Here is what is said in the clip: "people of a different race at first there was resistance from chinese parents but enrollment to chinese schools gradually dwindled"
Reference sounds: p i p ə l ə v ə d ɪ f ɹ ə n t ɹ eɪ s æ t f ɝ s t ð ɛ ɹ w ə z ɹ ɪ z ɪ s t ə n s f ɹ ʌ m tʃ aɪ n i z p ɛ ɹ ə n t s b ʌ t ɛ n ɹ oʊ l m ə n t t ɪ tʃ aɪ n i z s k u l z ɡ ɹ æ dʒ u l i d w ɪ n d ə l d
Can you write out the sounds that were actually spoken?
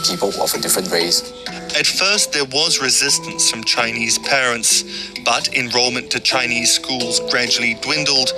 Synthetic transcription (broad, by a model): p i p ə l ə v ə d ɪ f ɹ ə n t w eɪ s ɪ t f ɝ s t ð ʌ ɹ w ə z ɹ ɪ z ɪ s t ə n s f ɹ ʌ m tʃ aɪ n i z p ɛ ɹ ə n t s b ʌ t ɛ n ɹ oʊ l m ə n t t ɪ tʃ aɪ n i z s k u l z ɡ ɹ æ dʒ u l i d w ɪ n d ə l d